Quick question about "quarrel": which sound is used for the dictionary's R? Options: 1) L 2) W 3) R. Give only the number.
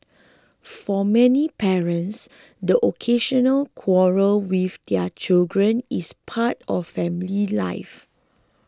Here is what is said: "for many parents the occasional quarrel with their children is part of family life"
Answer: 3